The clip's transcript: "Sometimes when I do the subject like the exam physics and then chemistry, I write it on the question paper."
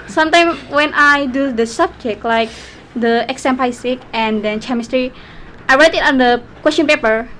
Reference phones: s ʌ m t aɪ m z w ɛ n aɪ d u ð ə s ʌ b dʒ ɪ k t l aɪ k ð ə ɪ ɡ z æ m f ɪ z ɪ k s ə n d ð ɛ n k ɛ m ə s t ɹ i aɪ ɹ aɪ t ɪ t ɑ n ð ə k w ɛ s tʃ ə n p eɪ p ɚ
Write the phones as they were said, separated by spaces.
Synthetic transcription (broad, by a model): s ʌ m t aɪ m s w ɛ n aɪ d u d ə s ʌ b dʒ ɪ k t l aɪ k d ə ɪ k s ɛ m p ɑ s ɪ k ə n d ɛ n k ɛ m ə s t ɹ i aɪ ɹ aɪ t ɪ t ɑ n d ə k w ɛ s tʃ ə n p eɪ p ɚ